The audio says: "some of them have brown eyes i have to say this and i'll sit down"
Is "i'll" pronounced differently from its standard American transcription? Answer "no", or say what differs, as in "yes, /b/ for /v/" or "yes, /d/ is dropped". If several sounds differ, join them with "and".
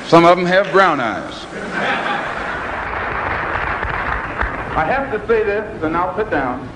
no